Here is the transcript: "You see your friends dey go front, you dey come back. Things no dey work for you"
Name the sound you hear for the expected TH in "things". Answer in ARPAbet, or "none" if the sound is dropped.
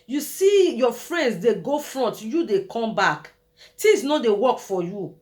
T